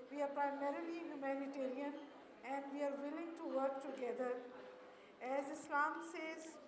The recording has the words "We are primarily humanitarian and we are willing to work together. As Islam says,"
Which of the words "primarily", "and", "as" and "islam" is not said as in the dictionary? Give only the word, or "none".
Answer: none